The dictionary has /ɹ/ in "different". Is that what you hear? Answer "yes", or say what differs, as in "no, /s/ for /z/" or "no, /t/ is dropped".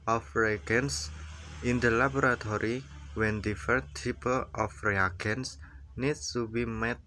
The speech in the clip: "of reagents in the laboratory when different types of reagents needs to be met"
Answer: no, /ɹ/ is dropped